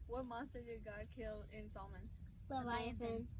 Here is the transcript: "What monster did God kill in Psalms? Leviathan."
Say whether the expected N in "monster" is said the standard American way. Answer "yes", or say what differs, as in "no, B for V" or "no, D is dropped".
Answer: no, N is dropped